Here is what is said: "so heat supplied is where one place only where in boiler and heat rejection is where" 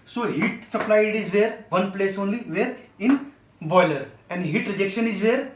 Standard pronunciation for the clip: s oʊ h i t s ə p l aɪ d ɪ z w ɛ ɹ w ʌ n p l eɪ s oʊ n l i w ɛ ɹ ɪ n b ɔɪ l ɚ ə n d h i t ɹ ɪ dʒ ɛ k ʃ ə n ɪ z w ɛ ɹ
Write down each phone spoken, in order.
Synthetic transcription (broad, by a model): s oʊ h i t s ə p l aɪ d ɪ z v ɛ ɹ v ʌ n p l eɪ s oʊ n l i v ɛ ɹ ɪ n b ɔɪ l ɚ ə n d h i t ɹ ɪ dʒ ɛ k ʃ ə n ɪ z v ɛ ɹ